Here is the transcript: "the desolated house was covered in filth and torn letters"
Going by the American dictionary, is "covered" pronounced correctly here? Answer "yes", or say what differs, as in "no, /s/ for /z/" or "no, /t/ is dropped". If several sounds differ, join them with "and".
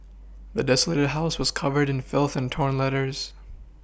yes